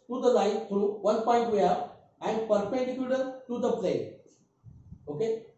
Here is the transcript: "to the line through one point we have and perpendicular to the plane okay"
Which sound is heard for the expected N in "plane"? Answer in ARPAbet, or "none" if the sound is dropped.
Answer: none